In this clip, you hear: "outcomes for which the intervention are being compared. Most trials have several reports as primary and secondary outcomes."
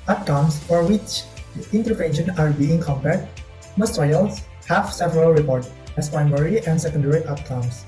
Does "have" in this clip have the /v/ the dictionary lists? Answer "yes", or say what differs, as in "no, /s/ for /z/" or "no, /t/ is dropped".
no, /f/ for /v/